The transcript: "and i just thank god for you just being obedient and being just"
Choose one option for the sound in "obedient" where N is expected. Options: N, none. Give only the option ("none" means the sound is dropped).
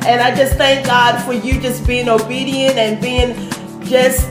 N